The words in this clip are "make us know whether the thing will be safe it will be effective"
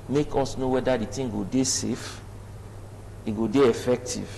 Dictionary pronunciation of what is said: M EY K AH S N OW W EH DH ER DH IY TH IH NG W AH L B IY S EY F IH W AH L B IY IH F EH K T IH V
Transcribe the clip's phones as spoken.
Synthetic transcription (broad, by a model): M EY K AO S N OW W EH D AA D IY T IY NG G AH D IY S EY F IH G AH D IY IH F EH K T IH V